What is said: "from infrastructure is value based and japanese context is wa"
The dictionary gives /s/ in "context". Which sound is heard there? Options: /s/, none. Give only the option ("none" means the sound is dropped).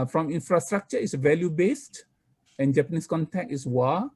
none